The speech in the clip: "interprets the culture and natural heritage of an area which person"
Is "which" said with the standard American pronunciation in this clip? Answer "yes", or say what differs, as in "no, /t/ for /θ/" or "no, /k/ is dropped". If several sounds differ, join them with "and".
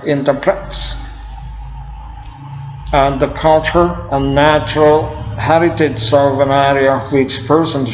no, /s/ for /tʃ/